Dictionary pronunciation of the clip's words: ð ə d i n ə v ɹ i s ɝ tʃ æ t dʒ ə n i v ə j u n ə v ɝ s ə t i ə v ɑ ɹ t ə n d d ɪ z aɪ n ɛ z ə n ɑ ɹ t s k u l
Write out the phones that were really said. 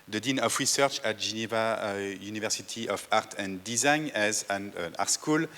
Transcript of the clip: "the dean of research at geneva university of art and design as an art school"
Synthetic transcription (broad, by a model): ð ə d i n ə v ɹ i s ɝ tʃ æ t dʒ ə n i v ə j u n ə v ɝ s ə t i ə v ɑ ɹ t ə n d d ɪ z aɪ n ɛ z ə n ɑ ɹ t s k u l